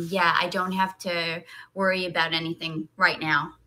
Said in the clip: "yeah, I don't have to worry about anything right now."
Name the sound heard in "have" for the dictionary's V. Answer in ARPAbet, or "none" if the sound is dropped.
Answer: F